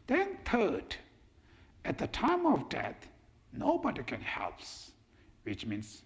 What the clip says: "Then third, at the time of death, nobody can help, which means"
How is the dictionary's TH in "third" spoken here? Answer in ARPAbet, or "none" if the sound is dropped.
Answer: T